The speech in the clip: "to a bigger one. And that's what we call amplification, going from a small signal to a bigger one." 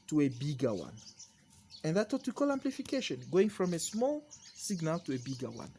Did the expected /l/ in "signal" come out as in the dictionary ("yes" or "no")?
yes